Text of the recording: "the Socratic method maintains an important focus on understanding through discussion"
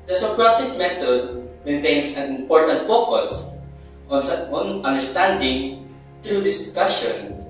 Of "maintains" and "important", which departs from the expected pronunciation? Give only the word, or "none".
maintains